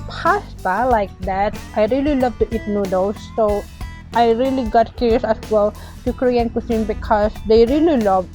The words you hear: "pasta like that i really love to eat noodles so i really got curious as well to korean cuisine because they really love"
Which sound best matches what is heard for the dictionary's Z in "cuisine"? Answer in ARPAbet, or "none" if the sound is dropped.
S